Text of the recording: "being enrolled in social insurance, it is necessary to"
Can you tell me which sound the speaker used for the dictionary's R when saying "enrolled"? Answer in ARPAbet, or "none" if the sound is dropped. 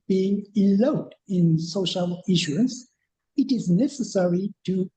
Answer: L